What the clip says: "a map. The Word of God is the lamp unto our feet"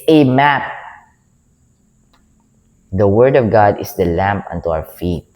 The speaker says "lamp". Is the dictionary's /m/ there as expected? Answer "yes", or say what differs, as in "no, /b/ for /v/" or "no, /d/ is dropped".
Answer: yes